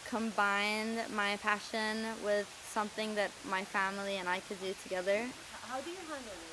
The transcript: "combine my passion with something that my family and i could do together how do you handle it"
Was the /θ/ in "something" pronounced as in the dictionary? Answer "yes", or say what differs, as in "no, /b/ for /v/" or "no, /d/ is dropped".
yes